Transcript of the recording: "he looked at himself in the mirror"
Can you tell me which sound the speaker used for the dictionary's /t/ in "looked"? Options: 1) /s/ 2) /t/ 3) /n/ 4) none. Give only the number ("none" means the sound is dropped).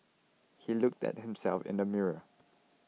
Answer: 2